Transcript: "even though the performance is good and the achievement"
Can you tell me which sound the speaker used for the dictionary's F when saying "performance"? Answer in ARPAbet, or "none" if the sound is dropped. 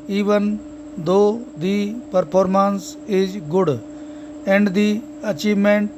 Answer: P